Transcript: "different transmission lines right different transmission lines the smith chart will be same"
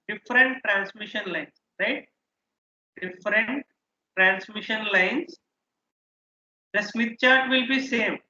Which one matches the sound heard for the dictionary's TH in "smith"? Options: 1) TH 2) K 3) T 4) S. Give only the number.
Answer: 3